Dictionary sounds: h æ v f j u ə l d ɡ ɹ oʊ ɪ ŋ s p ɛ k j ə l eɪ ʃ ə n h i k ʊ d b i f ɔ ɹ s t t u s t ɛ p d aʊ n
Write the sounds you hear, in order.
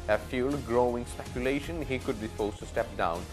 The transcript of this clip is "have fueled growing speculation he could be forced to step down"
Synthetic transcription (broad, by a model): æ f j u l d ɡ ɹ oʊ ɪ ŋ s p ɛ k j ə l eɪ ʃ ə n h i k ʊ d b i p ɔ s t t u s t ɛ p d aʊ n